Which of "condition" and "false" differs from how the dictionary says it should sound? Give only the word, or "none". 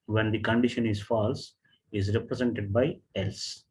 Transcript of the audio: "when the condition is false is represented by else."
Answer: none